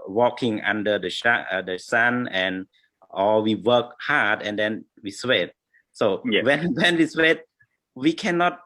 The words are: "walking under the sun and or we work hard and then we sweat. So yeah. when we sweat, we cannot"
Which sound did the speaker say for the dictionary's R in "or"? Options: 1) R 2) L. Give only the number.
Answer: 2